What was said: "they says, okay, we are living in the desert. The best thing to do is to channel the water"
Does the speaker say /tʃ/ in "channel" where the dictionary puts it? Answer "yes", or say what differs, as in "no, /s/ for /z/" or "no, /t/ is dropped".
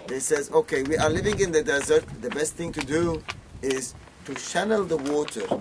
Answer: no, /ʃ/ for /tʃ/